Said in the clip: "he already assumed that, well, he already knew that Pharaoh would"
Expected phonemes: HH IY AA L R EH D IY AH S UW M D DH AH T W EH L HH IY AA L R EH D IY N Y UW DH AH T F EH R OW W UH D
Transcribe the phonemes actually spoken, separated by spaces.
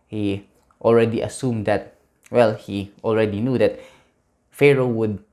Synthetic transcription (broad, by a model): HH IY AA L R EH D IY AH S UW M D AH T W EH L HH IY AA L R EH D IY N Y UW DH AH T F EH R OW W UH D